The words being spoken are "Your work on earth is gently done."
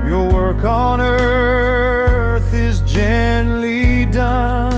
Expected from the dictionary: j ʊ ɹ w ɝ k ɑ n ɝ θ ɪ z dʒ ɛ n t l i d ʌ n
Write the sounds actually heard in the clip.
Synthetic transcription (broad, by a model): j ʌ ɹ w ɝ k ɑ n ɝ θ ɪ z dʒ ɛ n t l i d ʌ n